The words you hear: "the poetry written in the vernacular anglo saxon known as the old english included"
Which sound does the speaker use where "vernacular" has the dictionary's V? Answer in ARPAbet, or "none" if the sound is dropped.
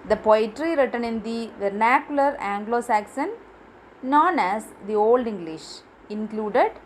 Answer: V